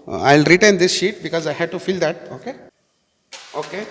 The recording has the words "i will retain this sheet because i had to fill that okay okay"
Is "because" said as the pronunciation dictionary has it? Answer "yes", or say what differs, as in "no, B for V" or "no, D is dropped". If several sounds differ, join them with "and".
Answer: yes